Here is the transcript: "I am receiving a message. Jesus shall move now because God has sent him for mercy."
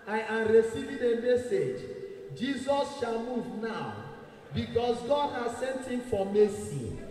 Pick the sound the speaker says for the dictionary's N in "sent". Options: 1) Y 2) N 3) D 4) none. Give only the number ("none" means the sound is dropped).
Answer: 2